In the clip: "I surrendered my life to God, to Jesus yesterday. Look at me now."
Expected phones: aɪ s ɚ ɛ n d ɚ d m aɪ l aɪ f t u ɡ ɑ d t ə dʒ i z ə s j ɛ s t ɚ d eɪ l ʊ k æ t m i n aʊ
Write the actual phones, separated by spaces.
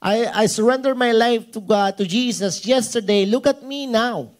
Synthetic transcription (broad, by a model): aɪ s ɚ ɛ n d ɚ m aɪ l aɪ f t u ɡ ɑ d t ə dʒ i s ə s j ɛ s t ɚ d eɪ l ʊ k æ t m i n aʊ